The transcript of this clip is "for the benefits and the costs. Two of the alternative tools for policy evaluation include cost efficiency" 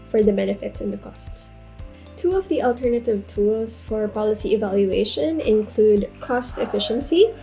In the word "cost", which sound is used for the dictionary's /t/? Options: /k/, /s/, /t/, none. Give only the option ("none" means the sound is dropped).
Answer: /t/